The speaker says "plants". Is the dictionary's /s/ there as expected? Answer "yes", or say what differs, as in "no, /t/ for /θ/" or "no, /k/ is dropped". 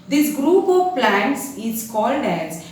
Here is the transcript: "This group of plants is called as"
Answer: yes